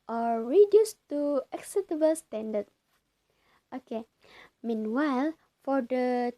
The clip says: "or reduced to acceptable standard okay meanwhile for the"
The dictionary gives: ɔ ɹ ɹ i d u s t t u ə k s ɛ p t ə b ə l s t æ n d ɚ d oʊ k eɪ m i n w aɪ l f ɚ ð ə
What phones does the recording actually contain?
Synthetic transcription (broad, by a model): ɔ ɹ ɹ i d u s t t u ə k s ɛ t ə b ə l s t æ n d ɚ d oʊ k eɪ m i n w aɪ l f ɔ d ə